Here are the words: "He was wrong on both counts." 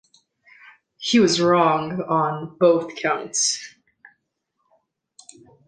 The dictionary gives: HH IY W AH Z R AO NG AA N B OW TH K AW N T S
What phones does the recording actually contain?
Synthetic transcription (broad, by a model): HH IY W AH Z R AO NG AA N B OW TH K AW N T S